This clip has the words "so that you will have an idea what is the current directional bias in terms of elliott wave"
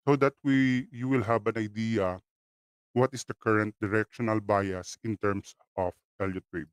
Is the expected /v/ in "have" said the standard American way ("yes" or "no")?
no